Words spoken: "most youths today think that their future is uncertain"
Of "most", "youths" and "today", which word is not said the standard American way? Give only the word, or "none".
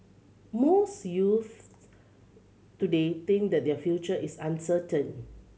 youths